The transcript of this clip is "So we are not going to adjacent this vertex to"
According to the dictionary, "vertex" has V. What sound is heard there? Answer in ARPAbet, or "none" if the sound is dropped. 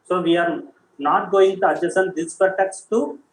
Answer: F